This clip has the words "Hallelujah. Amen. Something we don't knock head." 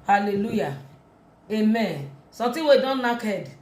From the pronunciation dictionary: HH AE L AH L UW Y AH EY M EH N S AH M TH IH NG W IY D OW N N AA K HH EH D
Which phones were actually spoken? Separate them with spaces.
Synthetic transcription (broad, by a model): HH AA L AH L UW Y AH EY M EH N S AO M T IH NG W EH D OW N N AA K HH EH D